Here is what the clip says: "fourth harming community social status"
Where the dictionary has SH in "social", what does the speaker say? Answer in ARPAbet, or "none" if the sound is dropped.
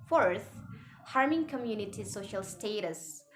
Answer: SH